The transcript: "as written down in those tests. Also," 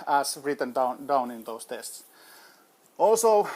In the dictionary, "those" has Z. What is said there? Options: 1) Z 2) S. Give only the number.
2